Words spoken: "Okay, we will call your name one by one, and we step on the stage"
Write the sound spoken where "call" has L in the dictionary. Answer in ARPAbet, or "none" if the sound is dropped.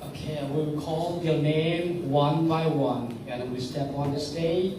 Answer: L